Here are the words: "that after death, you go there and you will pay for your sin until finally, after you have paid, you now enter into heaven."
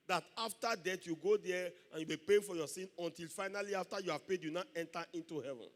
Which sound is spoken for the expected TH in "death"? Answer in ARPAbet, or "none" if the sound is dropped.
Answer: T